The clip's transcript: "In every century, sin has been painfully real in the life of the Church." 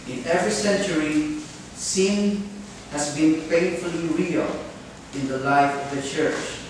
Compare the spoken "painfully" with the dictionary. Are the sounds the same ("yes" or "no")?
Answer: no